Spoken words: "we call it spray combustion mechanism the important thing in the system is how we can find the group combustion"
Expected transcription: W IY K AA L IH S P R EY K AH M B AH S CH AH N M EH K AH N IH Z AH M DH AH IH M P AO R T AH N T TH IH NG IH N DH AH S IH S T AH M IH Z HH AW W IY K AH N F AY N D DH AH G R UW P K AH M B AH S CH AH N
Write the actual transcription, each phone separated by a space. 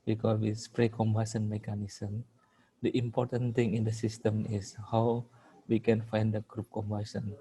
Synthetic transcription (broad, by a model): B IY K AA W IH S P R EY K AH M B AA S AH N M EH K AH N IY S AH M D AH IH M P AO R T AH N T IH NG IH N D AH S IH S T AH M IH S HH AW W IY K AH N F AY N D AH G R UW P K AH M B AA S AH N